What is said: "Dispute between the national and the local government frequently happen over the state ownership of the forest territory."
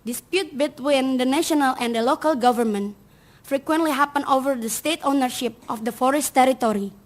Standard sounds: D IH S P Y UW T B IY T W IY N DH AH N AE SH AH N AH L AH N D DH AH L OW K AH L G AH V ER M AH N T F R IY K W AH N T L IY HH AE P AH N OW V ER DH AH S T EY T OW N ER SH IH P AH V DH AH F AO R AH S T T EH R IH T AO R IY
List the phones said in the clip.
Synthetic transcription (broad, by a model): D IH S P Y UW T B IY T W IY N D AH N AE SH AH N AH L AH N D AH L OW K AH L G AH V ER M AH N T F R IY K W AH N T L IY HH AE P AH N OW V ER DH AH S T EY T OW N ER SH IH P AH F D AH F AO R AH S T T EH R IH T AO R IY